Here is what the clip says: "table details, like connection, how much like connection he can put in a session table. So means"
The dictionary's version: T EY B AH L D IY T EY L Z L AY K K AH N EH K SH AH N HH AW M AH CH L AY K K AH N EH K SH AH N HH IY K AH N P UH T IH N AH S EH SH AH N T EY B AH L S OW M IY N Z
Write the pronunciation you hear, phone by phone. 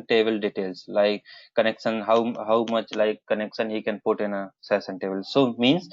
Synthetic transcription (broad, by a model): T EY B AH L D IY T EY L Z L AY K K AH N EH K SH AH N HH AW M AH CH L AY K K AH N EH K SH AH N HH IY K AH N P UH T IH N AH S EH S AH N T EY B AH L S OW M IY N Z